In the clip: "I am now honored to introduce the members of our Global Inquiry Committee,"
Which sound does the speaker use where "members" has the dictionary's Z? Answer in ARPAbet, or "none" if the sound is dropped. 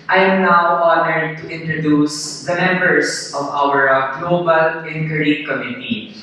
S